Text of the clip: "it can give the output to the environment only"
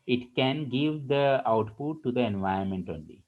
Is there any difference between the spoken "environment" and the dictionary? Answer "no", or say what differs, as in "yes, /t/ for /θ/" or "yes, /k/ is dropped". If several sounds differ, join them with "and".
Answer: yes, /ɹ/ is dropped